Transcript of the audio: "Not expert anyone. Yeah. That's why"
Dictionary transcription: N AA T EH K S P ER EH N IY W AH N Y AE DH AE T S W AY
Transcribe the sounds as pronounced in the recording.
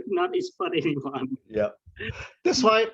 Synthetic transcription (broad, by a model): N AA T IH S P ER EH N IY W AH N Y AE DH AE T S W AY